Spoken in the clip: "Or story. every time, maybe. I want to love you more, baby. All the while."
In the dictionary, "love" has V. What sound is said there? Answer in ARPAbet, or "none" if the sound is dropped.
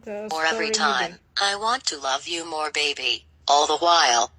V